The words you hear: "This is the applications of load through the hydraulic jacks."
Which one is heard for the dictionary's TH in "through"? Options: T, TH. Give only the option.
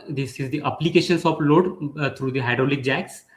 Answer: T